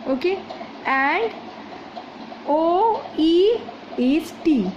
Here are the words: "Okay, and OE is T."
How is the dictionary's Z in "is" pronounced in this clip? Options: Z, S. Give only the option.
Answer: S